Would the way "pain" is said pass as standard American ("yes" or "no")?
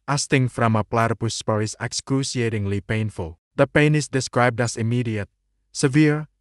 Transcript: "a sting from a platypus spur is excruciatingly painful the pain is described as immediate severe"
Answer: yes